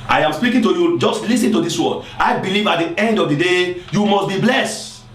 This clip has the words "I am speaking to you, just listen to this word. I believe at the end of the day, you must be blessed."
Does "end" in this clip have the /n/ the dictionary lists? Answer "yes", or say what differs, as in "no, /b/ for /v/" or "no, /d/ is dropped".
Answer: yes